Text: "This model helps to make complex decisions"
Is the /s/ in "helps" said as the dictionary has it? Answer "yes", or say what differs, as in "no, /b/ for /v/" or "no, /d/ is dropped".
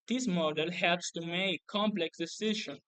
yes